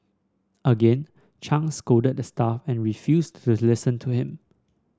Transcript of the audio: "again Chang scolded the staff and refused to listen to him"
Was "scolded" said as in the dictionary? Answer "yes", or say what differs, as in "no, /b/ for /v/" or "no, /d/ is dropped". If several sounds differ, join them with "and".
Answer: no, /l/ is dropped